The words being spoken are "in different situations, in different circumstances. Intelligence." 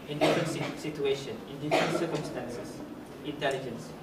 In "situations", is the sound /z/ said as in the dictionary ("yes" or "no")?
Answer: no